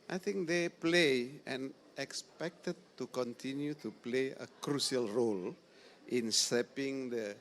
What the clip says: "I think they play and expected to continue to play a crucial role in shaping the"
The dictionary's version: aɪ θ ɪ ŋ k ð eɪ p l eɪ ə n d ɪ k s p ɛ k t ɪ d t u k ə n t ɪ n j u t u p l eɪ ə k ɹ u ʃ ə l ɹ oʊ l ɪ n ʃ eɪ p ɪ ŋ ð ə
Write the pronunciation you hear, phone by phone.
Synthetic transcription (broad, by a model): aɪ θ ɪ ŋ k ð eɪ p l eɪ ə n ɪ k s p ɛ k t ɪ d t u k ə n t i n j u t u p l eɪ ə k ɹ u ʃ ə l ɹ oʊ l ɪ n s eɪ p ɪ ŋ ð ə